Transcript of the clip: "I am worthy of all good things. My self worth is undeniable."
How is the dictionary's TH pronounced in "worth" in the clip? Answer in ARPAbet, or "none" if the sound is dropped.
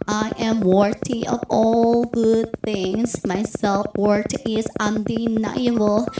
T